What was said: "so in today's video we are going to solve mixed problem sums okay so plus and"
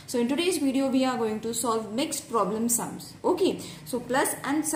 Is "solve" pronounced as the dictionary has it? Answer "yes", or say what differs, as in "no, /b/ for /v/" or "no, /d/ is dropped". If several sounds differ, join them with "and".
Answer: yes